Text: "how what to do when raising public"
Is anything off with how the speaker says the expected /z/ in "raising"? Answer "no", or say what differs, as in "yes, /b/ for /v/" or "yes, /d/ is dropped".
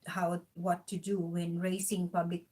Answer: yes, /s/ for /z/